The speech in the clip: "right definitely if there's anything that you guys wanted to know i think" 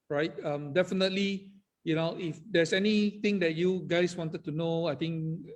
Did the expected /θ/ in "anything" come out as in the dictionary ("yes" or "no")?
no